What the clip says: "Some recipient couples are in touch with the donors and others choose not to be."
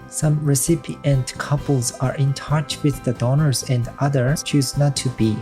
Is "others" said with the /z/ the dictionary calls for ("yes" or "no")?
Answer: no